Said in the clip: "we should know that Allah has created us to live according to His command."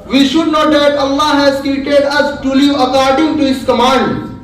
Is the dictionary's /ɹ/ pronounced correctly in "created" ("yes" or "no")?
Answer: no